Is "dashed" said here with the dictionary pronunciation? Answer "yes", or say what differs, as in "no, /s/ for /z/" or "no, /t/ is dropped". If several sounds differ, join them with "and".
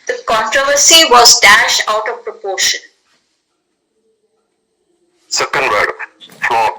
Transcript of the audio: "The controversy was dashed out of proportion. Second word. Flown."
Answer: yes